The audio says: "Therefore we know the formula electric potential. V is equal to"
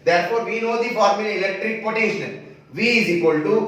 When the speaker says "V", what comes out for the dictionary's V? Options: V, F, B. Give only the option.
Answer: V